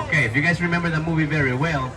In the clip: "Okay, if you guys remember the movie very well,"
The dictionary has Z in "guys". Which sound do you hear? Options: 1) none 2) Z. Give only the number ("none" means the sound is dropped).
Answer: 2